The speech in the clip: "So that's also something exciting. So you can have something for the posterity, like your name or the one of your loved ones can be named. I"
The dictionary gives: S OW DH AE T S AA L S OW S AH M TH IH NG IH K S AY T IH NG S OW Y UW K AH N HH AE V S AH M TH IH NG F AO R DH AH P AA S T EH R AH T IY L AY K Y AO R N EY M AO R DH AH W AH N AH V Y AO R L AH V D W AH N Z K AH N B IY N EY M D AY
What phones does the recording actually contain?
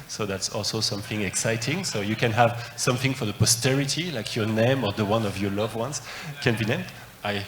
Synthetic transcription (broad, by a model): S OW DH AE T S AA L S OW S AH M TH IH NG IH K S AY T IH NG S OW Y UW K AH N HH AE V S AH M TH IH NG F AO R DH AH P AA S T EH R AH T IY L AY K Y AO R N EY M AO R DH AH W AH N AH V Y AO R L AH V W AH N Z K AH N B IY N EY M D AY